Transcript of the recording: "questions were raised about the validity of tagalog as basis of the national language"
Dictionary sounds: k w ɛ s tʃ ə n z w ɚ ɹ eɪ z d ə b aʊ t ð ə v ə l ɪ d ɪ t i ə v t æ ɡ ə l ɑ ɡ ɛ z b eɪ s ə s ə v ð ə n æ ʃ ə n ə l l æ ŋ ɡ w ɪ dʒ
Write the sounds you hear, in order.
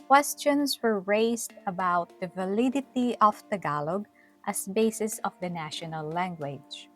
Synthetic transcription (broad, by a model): k w ɛ s tʃ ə n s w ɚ ɹ eɪ s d ə b aʊ t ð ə v ə l ɪ d ɪ t i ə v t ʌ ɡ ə l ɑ ɡ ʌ s b eɪ s ə s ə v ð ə n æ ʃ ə n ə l l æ ŋ ɡ w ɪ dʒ